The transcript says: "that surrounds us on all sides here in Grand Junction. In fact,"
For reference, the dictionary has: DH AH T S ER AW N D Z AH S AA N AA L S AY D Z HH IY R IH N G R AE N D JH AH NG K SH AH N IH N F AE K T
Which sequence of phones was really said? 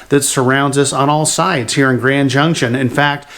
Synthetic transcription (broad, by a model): DH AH T S ER AW N D Z AH S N AA L S AY D Z HH IY R IH N G R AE N JH AH NG K SH AH N IH N F AE K T